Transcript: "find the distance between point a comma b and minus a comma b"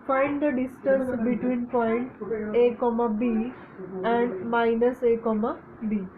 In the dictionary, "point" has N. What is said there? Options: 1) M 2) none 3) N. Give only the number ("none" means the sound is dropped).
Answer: 3